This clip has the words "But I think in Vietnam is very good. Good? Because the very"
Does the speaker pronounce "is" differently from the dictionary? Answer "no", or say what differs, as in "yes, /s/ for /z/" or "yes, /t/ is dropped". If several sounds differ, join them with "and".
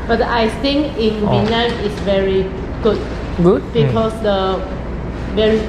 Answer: yes, /s/ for /z/